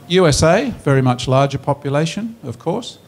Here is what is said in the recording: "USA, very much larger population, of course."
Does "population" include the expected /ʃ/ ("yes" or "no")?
yes